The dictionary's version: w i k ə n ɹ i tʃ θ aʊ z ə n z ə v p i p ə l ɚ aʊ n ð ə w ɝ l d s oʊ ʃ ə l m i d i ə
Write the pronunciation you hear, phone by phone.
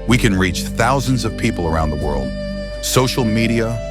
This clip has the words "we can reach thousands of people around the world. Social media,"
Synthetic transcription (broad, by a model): w i k ə n ɹ i tʃ θ aʊ z ə n z ə v p i p l ɚ aʊ n ð ə w ɝ l d s oʊ ʃ l m i d i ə